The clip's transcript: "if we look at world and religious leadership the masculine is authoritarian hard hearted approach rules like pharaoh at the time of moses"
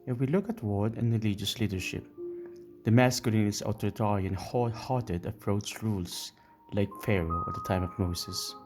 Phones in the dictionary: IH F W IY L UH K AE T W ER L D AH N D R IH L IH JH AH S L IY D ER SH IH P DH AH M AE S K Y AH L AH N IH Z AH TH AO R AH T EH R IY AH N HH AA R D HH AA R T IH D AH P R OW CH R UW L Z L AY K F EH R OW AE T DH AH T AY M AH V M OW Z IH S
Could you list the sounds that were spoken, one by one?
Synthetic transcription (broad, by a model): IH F W IY L UH K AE T W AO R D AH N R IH L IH JH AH S L IY D ER SH IH P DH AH M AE S K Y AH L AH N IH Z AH T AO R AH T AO R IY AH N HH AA HH AA R T IH D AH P R OW S R UW L S L AY K F EH R OW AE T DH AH T AY M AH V M OW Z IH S